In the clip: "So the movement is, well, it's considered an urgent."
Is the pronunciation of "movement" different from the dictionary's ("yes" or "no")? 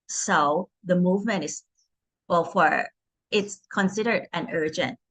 no